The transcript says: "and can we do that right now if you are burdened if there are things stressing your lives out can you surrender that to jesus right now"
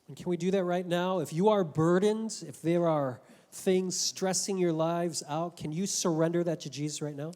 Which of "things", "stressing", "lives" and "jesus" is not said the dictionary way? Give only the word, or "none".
none